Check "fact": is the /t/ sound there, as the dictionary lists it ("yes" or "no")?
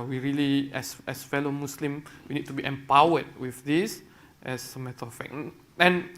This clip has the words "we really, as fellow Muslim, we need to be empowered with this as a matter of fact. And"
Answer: no